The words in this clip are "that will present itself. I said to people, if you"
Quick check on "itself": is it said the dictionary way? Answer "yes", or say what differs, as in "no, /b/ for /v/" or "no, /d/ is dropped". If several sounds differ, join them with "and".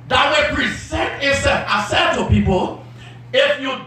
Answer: no, /l/ is dropped